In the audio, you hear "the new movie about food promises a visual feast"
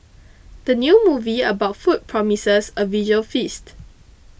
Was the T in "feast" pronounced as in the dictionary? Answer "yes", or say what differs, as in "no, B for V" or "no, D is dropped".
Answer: yes